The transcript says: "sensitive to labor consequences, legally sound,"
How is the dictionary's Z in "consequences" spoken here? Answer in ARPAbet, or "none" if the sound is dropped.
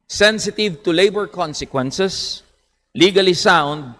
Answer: S